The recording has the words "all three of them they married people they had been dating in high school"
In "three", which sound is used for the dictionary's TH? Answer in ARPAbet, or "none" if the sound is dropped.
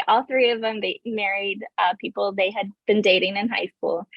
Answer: TH